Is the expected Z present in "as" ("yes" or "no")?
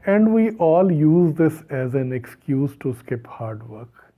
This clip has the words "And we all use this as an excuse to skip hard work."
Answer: yes